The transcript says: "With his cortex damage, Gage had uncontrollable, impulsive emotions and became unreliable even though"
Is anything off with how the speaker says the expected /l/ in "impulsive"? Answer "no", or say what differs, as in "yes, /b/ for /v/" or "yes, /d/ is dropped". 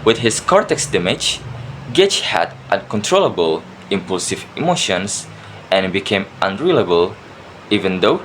no